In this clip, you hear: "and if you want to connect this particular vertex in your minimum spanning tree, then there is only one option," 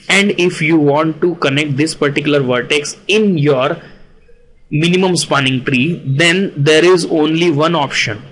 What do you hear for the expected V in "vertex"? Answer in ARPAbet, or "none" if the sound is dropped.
V